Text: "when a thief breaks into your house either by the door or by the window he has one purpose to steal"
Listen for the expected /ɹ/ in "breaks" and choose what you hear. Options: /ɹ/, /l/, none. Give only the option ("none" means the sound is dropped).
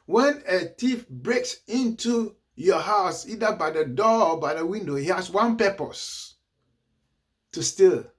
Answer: /ɹ/